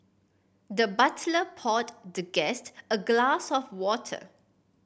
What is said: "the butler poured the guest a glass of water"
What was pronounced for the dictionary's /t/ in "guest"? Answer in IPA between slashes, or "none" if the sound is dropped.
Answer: /t/